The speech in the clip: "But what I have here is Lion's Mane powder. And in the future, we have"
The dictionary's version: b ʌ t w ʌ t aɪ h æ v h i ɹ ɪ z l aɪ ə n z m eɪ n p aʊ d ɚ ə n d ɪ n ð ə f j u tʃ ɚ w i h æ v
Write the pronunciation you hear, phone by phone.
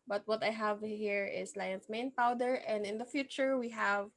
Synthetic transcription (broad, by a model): b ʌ t w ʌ t aɪ h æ v h i ɹ ɪ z l aɪ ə n s m eɪ n p aʊ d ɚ ə n d ɪ n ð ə f j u tʃ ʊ w i h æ v